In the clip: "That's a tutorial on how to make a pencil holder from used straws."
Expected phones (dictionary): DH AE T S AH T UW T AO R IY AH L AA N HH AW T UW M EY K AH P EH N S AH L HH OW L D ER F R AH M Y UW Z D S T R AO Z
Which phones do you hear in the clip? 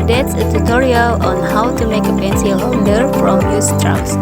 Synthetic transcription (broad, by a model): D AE T S AH T UW T AO R IY AH L AA N HH AW T UW M EY K AH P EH N S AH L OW N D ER F R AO M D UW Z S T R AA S